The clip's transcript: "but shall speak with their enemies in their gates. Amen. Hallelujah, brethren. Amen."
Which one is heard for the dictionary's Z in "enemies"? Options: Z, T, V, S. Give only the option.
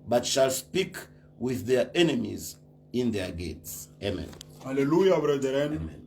Z